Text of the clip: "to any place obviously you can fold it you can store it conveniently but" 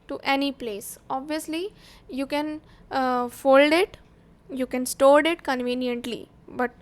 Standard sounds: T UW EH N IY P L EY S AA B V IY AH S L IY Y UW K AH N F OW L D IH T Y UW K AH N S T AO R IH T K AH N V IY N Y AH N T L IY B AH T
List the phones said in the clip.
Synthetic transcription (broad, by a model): T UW EH N IY P L EY S AA B V IY AH S L IY Y UW K AH N F OW L D IH T Y UW K AH N S T AO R IH T K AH N V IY N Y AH N T L IY B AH T